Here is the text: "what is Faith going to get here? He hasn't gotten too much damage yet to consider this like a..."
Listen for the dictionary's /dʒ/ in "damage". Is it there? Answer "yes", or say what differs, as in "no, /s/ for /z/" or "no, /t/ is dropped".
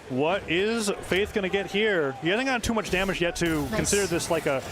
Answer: yes